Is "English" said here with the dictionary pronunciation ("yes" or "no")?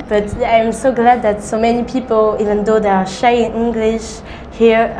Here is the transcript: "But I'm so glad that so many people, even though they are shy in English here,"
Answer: yes